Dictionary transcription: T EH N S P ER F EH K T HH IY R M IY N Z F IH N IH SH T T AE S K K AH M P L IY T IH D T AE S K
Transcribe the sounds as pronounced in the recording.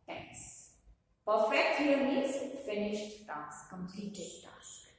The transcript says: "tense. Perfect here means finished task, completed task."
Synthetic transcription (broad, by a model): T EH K S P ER F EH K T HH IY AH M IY Z F IH N IH SH T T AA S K K AH M P L IY T IH D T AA S K